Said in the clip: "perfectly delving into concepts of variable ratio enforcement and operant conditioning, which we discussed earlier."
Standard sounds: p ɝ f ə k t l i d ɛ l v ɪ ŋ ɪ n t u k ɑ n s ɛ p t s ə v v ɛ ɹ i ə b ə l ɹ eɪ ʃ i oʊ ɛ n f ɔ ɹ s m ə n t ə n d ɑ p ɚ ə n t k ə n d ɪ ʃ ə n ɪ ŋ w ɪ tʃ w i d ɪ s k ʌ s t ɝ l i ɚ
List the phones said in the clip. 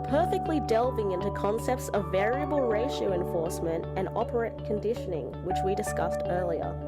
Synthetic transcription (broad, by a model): p ɝ f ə k t l i d ɛ l v ɪ ŋ ɪ n t u k ɑ n s ɛ p t s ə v v ɛ ɹ i ə b ə l ɹ eɪ ʃ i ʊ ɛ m f ɔ ɹ s m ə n t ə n ɑ p ɚ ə t k ə n d ɪ ʃ ə n ɪ ŋ w ɪ tʃ w i d ɪ s k ʌ s t ɝ l i ɚ